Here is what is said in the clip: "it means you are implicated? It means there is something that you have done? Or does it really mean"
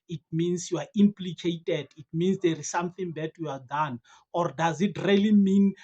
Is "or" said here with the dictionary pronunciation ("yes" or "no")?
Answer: yes